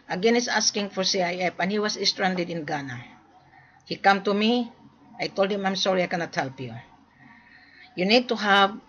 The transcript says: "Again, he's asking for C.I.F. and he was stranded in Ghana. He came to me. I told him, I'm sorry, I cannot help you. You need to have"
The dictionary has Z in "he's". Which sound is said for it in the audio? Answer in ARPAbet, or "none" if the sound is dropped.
S